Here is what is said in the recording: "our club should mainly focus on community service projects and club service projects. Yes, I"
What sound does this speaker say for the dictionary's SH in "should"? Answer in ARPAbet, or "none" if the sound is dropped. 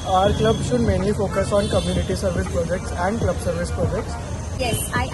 SH